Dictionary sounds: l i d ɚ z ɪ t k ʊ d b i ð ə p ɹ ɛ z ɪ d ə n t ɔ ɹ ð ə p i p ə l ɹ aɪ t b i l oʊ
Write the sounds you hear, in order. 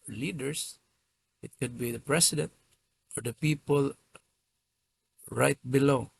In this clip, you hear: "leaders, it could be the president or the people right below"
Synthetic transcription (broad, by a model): l i d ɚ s ɪ t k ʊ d b i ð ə p ɹ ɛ s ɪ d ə n t ɔ ɹ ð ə p i p ə l ɹ aɪ t b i l oʊ